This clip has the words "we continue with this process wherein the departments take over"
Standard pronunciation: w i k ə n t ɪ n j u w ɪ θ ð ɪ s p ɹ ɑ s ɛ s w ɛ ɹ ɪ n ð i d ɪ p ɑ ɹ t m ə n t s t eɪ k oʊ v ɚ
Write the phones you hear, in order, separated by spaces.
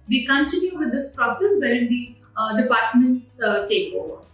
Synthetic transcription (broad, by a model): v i k ə n t ɪ n j u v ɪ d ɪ s p ɹ ɑ s ɛ s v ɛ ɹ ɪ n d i d ɪ p ɑ ɹ t m ə n t s t eɪ k oʊ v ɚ